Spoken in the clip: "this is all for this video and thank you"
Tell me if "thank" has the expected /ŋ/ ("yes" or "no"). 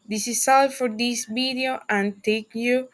no